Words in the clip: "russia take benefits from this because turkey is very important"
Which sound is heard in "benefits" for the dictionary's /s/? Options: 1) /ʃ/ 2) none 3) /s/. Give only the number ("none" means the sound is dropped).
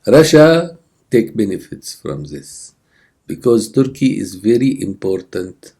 3